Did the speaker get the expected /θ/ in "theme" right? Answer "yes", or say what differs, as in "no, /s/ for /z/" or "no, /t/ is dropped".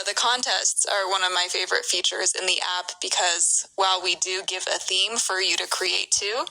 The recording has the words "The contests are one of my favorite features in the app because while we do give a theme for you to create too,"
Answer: yes